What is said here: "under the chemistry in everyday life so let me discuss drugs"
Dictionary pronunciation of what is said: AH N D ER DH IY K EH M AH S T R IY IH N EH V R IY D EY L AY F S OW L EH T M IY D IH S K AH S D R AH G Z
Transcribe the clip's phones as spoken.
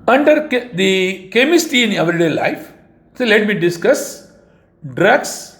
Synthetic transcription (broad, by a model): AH N D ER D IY K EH M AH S T IY IH N EH V R IY D EY L AY F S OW L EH T M IY D IH S K AH S D R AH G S